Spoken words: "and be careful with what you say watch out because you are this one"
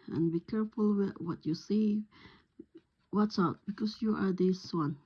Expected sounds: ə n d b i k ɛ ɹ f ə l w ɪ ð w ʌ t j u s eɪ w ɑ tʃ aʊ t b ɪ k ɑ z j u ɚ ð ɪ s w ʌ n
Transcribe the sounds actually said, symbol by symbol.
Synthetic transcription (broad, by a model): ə n b i k ɛ ɹ f ə l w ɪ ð w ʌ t j u s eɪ w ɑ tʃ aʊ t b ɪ k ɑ s j u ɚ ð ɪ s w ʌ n